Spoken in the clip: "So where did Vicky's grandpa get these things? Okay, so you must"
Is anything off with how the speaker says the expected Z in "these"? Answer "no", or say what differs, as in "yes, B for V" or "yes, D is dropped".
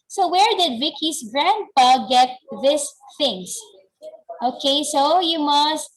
yes, S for Z